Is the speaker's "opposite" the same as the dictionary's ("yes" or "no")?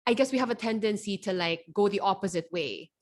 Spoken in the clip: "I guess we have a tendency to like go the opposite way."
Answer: yes